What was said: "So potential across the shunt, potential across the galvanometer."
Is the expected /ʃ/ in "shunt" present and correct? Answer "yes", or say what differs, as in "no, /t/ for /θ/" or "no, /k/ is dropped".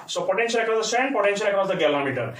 no, /s/ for /ʃ/